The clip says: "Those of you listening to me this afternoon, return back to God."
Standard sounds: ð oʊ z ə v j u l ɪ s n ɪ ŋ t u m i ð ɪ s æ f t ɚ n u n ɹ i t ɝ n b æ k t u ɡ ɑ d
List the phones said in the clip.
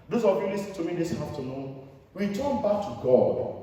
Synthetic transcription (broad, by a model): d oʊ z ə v j u l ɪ s n t u m i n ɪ s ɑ f t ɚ n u n w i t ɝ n b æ k t u ɡ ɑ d